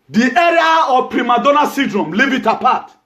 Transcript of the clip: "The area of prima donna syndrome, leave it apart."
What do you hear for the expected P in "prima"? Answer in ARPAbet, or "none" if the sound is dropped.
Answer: P